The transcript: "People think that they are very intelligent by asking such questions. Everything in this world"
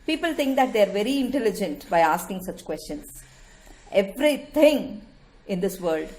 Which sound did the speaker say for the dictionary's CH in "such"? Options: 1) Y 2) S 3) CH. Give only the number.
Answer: 3